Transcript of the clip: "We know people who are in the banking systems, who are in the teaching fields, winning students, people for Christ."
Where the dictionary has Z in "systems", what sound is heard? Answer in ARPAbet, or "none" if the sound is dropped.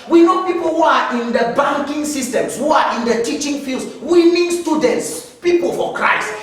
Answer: S